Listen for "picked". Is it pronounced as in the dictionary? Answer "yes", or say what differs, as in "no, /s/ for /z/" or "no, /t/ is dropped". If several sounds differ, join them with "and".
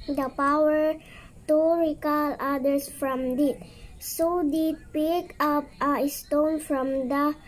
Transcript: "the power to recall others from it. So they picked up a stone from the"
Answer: no, /t/ is dropped